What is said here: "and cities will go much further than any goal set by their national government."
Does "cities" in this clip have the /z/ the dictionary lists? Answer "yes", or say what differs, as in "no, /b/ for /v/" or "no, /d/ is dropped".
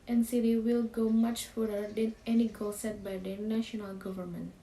no, /z/ is dropped